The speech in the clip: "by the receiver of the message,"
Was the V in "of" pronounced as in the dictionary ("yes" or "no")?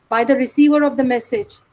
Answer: yes